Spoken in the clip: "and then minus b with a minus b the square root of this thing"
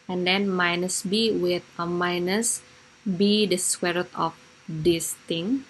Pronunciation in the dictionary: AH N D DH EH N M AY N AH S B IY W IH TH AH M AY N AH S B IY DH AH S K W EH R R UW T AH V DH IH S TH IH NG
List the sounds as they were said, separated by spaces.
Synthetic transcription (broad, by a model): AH N D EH N M AY N AH S B IY W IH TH AH M AY N AH S B IY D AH S W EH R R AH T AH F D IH S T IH NG